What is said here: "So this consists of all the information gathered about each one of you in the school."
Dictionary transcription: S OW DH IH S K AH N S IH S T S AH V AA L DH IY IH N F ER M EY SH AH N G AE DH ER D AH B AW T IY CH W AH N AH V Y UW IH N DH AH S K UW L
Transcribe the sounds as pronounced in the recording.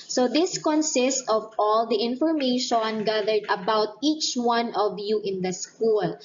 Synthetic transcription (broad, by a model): S OW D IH S K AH N S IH S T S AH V AA L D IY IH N F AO M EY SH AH N G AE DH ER D AH B AW T IY CH W AH N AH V Y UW IH N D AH S K UW L